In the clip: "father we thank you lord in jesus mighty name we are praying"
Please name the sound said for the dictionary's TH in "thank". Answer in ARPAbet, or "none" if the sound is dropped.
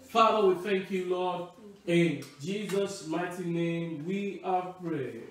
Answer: TH